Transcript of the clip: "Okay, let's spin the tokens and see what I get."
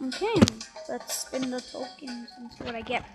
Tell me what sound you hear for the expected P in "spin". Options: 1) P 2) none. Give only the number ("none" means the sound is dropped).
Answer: 2